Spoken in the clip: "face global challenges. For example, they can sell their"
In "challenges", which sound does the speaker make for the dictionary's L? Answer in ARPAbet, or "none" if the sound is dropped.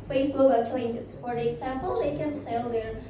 none